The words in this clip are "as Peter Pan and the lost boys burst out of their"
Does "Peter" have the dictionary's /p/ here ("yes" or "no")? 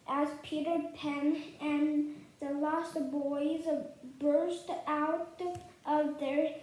yes